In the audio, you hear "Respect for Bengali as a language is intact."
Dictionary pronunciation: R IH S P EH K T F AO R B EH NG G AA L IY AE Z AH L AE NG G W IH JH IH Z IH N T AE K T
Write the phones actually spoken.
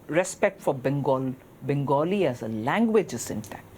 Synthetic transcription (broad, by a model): R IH S P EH K T F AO L B EH NG G AA L IY AE Z AH L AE NG G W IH JH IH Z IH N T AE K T